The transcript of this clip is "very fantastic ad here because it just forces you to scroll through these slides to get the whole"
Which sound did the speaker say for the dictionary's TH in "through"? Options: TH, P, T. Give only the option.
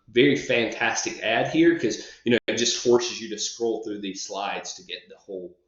TH